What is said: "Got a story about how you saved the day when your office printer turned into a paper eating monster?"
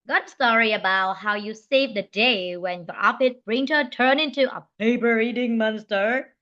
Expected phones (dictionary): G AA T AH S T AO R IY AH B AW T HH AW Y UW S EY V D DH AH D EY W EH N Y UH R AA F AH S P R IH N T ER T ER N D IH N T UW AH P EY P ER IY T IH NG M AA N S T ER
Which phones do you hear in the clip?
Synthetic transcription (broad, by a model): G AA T AH S T AO R IY AH B AW T HH AW Y UW S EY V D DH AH D EY W EH N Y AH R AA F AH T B R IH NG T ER T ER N IH N T UW AH P EY P ER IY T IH NG M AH N S T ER